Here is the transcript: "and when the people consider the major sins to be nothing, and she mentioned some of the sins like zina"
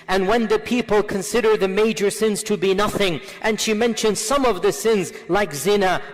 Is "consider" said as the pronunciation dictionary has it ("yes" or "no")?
yes